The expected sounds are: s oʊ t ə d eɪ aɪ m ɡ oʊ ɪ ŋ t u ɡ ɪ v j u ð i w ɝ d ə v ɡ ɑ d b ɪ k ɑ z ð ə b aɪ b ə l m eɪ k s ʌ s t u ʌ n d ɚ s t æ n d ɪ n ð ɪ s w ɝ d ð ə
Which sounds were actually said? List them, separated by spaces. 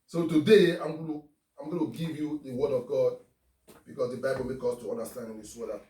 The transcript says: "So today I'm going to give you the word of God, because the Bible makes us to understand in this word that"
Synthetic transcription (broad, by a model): s oʊ t ə d eɪ aɪ m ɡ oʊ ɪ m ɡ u ɡ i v j u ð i w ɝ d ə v ɡ ɑ d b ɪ k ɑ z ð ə b aɪ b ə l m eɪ k ɔ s t u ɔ n d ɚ s t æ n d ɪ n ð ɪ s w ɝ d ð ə